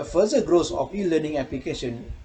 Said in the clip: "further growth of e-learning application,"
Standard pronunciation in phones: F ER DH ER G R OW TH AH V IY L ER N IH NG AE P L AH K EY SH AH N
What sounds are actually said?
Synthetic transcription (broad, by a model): F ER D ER G R OW S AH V IY L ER N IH NG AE P L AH K EY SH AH N